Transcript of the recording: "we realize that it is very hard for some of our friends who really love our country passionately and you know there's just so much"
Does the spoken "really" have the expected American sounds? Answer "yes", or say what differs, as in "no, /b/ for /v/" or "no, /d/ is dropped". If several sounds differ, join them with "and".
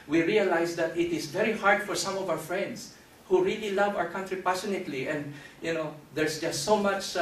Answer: yes